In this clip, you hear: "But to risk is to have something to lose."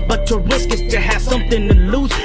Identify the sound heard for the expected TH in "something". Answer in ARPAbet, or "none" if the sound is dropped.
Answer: TH